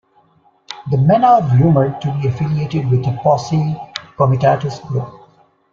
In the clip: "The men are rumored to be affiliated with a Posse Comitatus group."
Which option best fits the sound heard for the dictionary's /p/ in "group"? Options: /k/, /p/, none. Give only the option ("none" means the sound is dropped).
none